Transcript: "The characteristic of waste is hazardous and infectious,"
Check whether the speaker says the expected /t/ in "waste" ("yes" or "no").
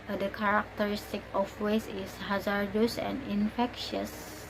no